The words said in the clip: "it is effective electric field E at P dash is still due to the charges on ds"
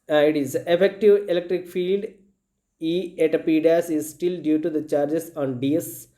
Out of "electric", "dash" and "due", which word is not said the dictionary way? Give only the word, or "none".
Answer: dash